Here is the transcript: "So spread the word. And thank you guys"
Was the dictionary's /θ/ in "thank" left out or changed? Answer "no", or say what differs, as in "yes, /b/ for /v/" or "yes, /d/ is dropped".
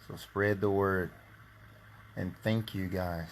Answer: no